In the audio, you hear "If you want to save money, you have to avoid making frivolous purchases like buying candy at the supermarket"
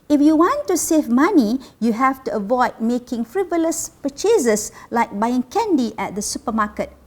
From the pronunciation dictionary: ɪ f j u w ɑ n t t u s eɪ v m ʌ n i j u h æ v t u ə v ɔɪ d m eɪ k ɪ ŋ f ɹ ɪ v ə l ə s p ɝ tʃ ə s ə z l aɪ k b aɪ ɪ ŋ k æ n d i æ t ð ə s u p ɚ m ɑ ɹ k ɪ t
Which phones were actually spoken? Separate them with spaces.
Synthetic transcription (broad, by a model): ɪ f j u w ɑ n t t u s eɪ v m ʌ n i j u h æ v t u ə v ɔɪ d m eɪ k ɪ ŋ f ɹ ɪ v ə l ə s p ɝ tʃ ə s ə s l aɪ k b aɪ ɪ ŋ k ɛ n d i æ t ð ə s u p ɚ m ɑ k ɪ t